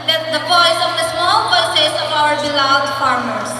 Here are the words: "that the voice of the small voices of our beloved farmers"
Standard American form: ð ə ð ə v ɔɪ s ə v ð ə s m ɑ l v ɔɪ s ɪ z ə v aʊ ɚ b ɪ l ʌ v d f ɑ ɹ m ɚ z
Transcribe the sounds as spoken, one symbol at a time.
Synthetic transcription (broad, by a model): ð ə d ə p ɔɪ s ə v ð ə s m ɑ l p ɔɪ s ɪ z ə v aʊ ɚ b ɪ l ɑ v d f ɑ ɹ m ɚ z